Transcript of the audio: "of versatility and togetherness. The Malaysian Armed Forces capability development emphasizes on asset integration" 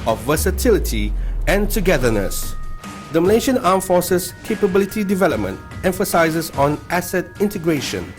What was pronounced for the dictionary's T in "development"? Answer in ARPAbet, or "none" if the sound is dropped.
T